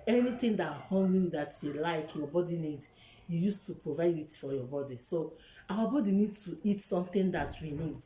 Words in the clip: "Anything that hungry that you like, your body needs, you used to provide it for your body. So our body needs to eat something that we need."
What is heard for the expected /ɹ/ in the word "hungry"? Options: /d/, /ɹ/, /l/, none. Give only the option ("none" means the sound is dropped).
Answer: none